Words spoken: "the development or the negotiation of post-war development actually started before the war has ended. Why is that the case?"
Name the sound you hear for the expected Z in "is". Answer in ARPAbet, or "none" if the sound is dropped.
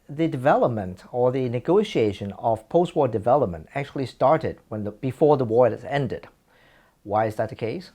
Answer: Z